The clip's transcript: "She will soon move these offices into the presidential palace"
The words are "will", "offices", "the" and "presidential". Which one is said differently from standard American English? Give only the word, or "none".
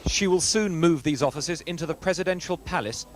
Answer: none